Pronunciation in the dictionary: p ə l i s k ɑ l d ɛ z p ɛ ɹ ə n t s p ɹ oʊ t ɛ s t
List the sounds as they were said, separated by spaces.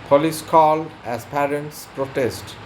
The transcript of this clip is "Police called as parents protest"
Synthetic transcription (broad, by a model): p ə l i s k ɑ l ɛ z p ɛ ɹ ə n t s p ɹ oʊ t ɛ s t